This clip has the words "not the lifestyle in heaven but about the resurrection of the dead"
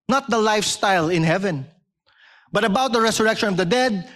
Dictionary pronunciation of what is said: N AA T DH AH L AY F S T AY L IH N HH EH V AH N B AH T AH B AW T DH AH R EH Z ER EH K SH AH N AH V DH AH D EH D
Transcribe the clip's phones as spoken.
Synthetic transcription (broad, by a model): N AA T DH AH L AY F S T AY L IH N HH EH V AH N B AH T AH B AW T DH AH R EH S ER EH K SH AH N AH V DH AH D EH D